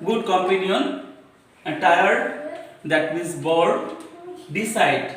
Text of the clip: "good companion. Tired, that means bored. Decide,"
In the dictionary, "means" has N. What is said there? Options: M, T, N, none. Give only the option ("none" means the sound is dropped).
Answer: none